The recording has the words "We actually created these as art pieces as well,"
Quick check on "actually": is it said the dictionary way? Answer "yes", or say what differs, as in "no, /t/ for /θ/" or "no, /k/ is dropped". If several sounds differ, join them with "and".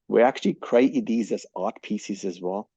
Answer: yes